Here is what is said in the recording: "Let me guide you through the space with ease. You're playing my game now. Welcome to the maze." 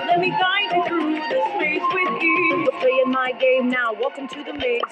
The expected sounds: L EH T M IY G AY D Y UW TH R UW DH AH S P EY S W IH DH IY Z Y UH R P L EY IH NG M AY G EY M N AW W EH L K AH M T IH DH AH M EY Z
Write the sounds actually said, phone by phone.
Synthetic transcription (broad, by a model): L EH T M IY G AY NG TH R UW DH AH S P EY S W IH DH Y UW W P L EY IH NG M AY G EY M N AW W EH L K AH M T IH DH AH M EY